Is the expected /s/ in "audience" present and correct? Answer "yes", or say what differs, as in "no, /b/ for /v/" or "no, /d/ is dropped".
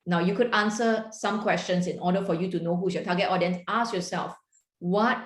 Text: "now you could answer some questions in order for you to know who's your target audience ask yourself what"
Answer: no, /s/ is dropped